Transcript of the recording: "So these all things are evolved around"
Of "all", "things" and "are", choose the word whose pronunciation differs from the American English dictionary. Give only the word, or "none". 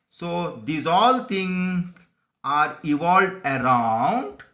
things